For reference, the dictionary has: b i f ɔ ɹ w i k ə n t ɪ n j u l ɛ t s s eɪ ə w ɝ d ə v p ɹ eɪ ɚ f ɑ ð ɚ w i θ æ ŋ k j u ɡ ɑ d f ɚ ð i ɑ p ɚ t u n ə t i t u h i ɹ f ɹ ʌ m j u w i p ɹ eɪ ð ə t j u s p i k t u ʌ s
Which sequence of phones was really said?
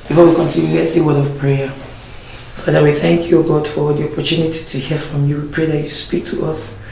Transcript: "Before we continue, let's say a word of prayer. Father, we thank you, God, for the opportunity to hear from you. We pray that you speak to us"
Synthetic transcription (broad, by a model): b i f ɔ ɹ w i k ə n t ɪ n j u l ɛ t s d ə w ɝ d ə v p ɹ eɪ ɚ f ɑ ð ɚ w i θ æ ŋ k j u ɡ ɑ d f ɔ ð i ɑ p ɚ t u n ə t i t u h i f ɹ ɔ m j u w i p ɹ eɪ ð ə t j u s p i k t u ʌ s